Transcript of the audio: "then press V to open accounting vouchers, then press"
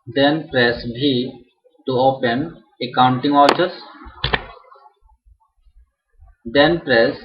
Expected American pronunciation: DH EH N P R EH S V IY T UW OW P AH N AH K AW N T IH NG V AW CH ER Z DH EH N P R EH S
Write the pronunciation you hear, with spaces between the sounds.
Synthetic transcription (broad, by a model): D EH N P R EH S B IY T UW OW P AH N AH K AW N T IH NG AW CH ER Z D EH N P R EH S